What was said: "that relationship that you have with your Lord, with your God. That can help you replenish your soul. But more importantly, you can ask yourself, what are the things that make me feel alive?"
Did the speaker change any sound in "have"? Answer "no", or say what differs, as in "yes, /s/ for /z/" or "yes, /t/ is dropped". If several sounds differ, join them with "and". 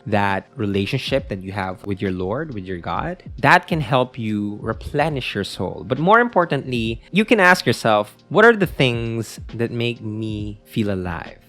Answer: no